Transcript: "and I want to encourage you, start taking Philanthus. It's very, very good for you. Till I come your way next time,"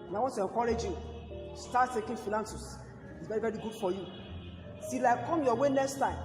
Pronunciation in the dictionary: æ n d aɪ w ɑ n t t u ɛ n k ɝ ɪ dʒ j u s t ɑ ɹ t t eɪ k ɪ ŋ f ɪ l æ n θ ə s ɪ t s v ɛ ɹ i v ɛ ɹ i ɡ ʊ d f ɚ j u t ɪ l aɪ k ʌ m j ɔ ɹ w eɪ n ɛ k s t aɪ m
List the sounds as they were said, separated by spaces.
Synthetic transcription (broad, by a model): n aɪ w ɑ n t t u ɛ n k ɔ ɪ dʒ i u s t ɑ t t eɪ k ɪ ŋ f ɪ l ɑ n s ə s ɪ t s v ɛ ɹ i v ɛ ɹ i ɡ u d f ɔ j u s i l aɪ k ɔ m j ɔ w eɪ n ɛ k s t aɪ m